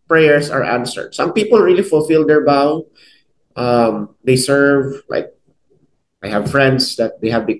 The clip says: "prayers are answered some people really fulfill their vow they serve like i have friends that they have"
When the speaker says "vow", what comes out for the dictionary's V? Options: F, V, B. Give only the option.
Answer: B